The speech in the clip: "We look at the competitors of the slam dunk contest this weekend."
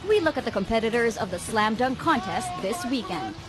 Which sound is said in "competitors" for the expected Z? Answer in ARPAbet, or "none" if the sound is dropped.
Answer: Z